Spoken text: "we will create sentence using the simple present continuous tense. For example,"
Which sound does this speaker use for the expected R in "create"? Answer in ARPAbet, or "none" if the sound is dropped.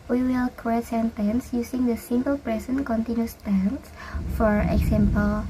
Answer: none